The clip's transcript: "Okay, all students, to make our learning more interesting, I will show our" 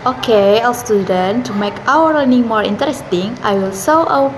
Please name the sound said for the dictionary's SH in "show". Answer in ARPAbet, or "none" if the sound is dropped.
S